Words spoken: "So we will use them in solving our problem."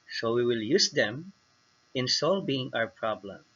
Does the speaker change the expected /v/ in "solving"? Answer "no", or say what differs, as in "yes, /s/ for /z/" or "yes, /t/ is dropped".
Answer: yes, /b/ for /v/